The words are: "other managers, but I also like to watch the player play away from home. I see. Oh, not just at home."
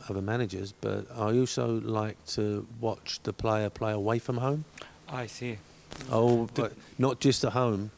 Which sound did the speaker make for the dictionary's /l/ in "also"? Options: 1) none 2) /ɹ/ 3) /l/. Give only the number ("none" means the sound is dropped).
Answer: 1